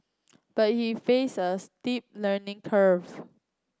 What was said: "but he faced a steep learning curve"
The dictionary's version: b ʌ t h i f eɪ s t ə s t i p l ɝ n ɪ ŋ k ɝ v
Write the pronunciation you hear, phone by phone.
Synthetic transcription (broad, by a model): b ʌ t h i f eɪ s ə s t i p l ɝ n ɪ ŋ k ɝ v